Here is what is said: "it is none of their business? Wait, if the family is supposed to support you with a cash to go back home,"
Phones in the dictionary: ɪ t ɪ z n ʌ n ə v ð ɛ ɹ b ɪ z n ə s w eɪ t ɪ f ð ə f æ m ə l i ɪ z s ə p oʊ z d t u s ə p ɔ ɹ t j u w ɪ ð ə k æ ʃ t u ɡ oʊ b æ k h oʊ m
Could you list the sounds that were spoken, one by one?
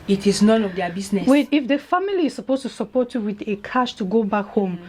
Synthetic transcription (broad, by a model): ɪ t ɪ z n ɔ n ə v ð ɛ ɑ b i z n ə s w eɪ ɪ f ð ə f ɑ m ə l i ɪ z s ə p oʊ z t u s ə p ɔ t j u w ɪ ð ə k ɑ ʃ t u ɡ oʊ b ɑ k h oʊ m